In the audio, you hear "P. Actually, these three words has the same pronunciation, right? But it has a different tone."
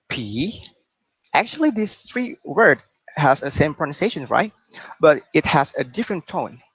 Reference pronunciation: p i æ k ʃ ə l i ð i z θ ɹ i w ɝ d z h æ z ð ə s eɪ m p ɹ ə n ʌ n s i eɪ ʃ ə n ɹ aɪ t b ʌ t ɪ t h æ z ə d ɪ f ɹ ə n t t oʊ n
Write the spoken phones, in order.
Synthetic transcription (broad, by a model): p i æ k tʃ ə l i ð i s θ ɹ i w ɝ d h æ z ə s eɪ m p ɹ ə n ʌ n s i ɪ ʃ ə n ɹ aɪ t b ʌ t ɪ t h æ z ə d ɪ f ɹ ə n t t oʊ n